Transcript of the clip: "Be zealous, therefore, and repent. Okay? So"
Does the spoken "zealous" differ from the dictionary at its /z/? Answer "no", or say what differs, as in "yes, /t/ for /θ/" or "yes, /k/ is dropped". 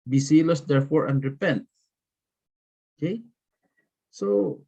yes, /s/ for /z/